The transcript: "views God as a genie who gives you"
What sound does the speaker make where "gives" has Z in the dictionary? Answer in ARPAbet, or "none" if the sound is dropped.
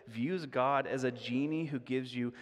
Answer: Z